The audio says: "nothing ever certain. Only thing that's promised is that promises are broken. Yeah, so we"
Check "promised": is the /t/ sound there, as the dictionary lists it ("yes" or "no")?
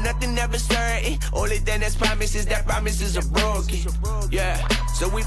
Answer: no